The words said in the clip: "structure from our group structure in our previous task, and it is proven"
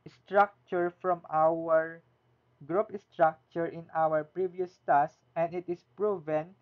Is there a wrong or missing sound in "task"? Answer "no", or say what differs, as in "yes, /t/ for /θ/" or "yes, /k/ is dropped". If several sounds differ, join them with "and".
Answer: yes, /k/ is dropped